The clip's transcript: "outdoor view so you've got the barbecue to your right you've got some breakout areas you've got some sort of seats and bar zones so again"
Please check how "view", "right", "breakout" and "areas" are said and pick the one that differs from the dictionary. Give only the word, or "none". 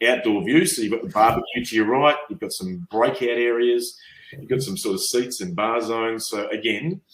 none